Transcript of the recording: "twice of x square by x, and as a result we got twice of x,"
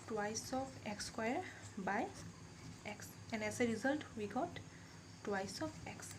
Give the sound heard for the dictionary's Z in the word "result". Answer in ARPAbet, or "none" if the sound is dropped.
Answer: Z